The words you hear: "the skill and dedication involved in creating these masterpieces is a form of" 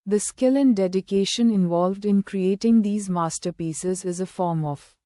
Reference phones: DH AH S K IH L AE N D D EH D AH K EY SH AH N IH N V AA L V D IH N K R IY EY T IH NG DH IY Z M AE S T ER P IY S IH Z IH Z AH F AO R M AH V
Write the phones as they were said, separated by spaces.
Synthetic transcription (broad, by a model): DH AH S K IH L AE N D D EH D AH K EY SH AH N IH N V AA L V D IH N K R IY EY T IH NG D IY Z M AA S T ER P IY S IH Z IH Z AH F AO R M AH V